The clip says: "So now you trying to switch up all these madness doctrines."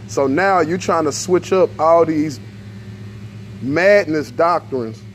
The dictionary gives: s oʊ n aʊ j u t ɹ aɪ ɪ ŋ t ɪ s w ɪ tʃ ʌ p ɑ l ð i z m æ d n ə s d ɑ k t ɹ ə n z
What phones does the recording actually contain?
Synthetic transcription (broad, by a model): s oʊ n aʊ j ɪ t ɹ aɪ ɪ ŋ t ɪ s w ɪ tʃ ʌ p ɑ l ð i z m æ d n ə s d ɑ k t ɹ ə n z